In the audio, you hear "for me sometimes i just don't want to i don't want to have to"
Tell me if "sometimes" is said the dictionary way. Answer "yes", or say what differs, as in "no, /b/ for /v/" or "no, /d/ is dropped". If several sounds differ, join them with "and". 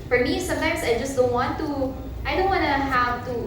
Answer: no, /s/ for /z/